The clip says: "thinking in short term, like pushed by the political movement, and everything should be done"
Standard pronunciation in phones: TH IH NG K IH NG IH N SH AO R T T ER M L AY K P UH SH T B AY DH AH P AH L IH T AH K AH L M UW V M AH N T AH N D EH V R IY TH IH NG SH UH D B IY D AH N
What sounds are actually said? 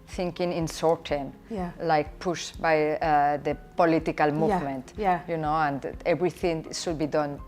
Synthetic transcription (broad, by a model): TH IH NG K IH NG IH N S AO R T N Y L AY K P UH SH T B AY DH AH P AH L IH T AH K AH L M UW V M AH N T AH N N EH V R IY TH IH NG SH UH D B IY D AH N